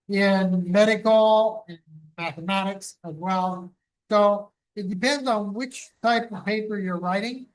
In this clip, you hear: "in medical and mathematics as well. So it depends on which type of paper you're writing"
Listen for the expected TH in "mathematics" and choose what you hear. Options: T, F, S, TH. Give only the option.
TH